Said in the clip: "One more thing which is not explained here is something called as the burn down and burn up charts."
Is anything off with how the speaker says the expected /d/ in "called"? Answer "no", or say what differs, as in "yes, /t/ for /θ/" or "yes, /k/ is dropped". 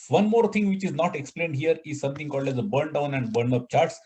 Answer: no